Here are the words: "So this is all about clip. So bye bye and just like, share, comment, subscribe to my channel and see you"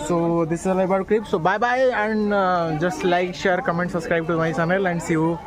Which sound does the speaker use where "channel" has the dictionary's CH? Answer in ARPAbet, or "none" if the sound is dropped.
S